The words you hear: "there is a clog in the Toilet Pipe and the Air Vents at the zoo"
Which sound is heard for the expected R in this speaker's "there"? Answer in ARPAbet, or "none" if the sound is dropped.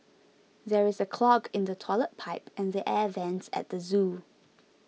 R